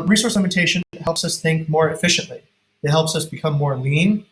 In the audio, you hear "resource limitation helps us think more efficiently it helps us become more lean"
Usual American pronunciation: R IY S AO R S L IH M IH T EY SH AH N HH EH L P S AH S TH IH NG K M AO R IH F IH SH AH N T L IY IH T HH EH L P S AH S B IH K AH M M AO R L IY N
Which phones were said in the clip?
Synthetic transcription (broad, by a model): R IY S AO R S L IH M IH T EY SH AH N HH EH L P S AH S TH IH NG K M AO R IH F IH SH AH N T L IY IH T HH EH L P S AH S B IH K AH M M AO R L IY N